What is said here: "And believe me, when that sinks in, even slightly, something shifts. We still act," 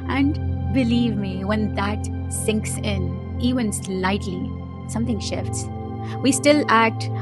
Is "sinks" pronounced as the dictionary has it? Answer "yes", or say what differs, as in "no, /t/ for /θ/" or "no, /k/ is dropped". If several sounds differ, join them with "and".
yes